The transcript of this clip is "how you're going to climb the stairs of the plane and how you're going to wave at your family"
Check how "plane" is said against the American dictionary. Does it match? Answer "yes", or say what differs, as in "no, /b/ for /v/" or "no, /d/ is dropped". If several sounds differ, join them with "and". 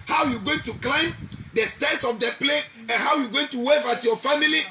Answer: no, /n/ is dropped